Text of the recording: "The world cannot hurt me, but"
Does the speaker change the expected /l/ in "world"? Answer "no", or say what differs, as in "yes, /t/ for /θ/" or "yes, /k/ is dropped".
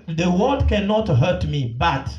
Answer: yes, /l/ is dropped